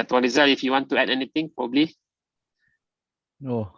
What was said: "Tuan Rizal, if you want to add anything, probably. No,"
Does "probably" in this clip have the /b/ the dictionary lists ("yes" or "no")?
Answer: yes